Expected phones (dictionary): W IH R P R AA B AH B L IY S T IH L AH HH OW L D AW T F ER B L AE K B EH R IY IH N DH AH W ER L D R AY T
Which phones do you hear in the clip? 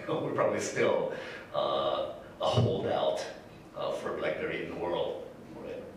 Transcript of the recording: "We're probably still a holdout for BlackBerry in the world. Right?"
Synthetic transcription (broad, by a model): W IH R P R AA B AH B L IY S T IH L AH HH OW L D AW T F ER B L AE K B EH R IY IH N DH AH W ER L D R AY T